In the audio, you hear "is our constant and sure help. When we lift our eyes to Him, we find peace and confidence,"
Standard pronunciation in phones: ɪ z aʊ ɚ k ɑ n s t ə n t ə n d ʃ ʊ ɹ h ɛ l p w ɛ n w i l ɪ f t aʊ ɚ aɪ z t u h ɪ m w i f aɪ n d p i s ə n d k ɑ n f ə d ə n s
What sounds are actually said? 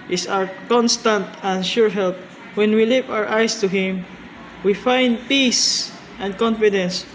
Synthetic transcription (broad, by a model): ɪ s aʊ ɚ k ɑ n s t ə n t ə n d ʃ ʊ ɹ h ɛ l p w ɛ n w i l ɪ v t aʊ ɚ aɪ s t u h ɪ m w i f aɪ n d p i s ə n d k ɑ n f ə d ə n s